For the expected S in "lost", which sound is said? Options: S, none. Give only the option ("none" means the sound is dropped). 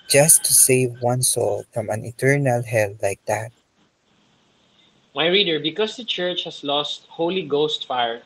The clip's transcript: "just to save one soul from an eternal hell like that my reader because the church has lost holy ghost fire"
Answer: S